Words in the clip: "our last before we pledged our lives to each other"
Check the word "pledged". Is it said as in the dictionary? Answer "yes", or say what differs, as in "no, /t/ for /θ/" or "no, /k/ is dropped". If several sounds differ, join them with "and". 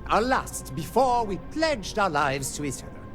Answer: yes